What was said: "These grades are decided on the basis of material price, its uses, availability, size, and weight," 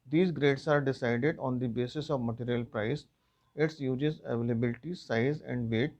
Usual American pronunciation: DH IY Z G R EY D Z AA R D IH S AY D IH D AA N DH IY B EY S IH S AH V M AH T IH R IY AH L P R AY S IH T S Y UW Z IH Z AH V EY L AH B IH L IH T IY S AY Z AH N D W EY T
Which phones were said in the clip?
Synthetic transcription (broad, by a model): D IY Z G R EY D S AA R D IH S AY D IH D AA N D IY B EY S IH S AH V M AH T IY R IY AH L P R AY S IH T S Y UW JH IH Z AH V EY L AH B IH L IH T IY S AY Z AH N D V EY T